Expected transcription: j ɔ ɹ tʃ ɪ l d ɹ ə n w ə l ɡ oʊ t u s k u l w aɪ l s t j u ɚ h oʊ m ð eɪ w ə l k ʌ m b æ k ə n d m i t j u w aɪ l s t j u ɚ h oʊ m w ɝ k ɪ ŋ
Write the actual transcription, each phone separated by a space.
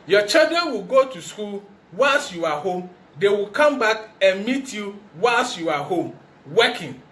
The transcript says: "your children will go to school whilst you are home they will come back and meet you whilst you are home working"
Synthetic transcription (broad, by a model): j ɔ tʃ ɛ d ə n w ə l ɡ oʊ t u s k u l w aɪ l s j u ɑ h oʊ m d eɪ w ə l k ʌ m b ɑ k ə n m i t j u w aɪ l s j u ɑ h oʊ m w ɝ k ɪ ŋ